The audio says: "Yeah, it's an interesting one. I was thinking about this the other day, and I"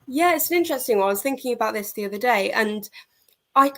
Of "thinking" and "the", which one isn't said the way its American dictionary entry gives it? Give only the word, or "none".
none